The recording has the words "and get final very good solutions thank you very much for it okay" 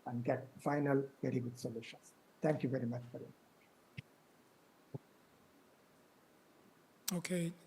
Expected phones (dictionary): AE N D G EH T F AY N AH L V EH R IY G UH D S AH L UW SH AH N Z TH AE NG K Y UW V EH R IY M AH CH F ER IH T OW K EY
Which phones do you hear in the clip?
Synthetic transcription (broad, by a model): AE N D G EH T F AY N AH L V EH R IY G UH D S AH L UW SH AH N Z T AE NG K Y UW V EH R IY M AH CH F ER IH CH OW K EY